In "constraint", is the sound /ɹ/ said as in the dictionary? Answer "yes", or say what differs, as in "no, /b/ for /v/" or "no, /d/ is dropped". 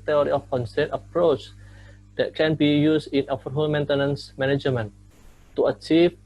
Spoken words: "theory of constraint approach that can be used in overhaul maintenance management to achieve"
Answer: no, /ɹ/ is dropped